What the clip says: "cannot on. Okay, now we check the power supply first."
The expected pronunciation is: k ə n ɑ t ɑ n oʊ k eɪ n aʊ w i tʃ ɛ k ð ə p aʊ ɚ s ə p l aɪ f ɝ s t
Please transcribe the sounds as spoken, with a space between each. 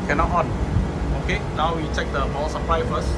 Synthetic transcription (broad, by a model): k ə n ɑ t ɑ n oʊ k eɪ n aʊ w i tʃ ɛ k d ə b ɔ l s ə p l aɪ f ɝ s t